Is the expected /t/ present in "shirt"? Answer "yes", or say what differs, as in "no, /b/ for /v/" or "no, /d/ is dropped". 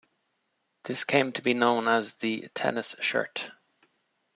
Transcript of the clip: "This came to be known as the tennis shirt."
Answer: yes